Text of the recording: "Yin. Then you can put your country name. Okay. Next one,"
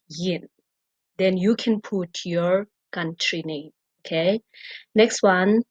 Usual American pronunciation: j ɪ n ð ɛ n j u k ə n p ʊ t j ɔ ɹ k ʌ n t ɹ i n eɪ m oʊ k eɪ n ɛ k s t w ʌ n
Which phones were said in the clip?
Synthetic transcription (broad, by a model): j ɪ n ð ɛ n j u k ə n p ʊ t j ɔ ɹ k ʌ n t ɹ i n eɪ oʊ k eɪ n ɛ k s t w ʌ n